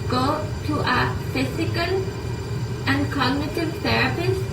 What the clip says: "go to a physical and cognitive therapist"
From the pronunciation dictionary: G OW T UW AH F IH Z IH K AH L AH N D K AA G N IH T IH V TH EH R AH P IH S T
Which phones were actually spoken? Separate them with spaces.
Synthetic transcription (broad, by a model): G OW T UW AH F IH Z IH K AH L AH N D K AA G N IH T IH V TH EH R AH P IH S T